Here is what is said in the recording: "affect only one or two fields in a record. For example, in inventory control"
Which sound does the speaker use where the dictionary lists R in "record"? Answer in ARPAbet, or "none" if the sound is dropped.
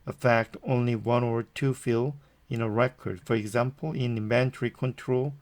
R